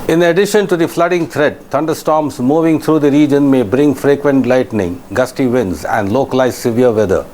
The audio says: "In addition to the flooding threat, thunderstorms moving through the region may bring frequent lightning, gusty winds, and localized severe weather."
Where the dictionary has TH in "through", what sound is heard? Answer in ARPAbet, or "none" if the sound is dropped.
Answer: T